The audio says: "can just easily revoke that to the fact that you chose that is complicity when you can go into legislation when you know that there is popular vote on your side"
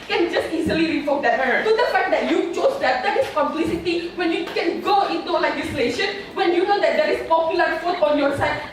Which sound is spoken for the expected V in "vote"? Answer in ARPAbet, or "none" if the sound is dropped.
F